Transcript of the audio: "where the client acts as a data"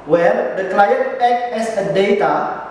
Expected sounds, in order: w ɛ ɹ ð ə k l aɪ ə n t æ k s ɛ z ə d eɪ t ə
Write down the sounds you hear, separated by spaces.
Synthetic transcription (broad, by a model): w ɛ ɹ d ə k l aɪ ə t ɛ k ɛ s ə d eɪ t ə